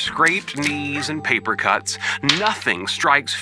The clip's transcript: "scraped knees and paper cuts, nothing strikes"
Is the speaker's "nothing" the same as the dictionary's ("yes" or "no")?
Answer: yes